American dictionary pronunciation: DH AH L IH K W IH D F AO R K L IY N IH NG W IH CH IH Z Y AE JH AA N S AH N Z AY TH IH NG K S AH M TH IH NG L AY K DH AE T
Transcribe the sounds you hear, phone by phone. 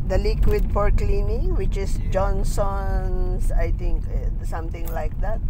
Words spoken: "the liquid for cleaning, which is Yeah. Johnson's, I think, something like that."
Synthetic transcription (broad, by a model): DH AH L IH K W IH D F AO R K L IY N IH W IH CH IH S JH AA N S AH N S AY T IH NG K S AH M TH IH NG L AY K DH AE T